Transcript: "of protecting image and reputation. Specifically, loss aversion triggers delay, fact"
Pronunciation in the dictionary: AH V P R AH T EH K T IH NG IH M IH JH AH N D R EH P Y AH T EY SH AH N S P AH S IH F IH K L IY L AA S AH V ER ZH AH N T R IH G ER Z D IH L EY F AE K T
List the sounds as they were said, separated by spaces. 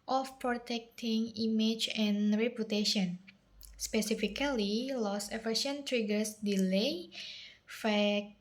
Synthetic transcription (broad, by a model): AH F P R AH T EH K T IH NG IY M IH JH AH N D R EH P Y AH T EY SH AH N S P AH S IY F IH K L IY L AA S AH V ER SH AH N T R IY G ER S D IH L EY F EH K